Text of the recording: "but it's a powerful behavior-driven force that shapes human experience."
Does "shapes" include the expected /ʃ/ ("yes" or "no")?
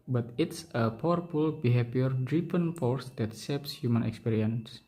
no